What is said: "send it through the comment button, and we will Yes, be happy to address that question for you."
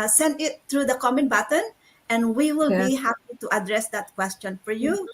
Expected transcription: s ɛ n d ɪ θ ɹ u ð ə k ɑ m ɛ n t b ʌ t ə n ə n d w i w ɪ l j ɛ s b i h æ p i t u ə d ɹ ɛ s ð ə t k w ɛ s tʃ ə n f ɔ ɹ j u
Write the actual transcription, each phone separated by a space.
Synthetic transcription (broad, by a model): s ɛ n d ɪ t ɹ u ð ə k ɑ m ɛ n b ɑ t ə n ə n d w i w ɪ l b i h æ p i t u ə d ɹ ɛ s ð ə t k w ɛ s tʃ ə n f ɔ ɹ j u